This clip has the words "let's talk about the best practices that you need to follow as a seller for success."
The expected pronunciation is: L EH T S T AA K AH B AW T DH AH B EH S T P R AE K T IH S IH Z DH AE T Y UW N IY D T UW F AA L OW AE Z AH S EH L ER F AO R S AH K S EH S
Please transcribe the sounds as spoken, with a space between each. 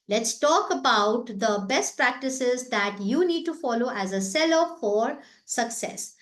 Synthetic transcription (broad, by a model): L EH T S T AA K AH B AW T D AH B EH S T P R AE K T IH S IH Z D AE T Y UW N IY D T UW F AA L OW AE Z AH S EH L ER F AO R S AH K S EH S